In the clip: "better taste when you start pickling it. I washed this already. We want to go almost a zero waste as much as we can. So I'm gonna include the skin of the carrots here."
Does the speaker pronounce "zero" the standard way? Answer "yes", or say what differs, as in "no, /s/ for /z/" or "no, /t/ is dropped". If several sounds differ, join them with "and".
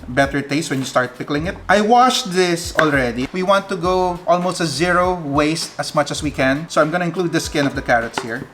no, /s/ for /z/